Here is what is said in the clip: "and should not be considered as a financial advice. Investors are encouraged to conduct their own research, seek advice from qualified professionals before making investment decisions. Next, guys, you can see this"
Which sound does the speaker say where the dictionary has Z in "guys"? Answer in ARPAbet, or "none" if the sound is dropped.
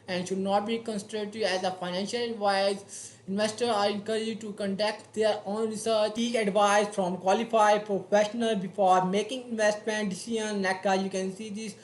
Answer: none